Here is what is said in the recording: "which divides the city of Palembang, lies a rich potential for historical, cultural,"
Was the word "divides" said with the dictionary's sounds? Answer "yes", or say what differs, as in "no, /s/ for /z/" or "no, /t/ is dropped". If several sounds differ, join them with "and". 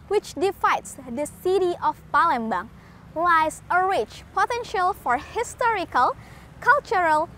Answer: no, /f/ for /v/